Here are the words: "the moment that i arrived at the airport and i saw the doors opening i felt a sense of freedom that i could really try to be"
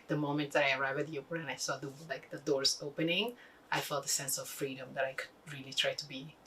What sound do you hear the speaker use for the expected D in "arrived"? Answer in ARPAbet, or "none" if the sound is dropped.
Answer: none